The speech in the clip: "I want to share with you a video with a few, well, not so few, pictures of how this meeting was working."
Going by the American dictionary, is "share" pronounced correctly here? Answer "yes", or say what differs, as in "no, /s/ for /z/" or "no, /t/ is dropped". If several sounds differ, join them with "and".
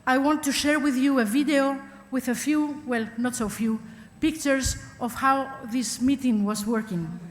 yes